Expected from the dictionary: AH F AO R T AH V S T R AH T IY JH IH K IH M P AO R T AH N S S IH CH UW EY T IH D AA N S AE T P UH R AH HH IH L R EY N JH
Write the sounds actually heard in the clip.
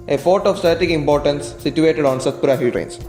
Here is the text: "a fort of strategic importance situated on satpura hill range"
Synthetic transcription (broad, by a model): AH P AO R T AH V S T AH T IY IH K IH M P AO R T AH N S S IH CH UW EY T IH D AA N S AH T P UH R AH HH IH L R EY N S